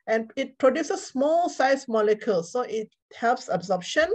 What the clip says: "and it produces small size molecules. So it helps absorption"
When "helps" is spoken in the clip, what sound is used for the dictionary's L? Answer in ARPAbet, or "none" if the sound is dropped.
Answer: L